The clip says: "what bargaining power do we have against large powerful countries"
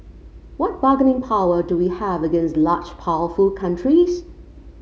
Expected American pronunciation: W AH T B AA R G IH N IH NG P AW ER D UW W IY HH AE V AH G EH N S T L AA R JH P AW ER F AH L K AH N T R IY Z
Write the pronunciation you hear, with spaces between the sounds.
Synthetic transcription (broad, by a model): W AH T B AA G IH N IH NG P AW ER D UW W IY HH AE V AH G EH N S T L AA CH P AW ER F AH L K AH N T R IY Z